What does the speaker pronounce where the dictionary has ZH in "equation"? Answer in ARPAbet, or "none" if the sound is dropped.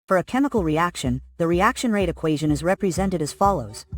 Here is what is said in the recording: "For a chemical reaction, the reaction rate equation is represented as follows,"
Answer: ZH